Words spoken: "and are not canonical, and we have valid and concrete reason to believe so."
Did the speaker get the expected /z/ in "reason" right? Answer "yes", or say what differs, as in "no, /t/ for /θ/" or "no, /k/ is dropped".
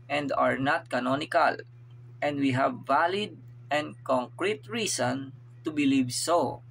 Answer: no, /s/ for /z/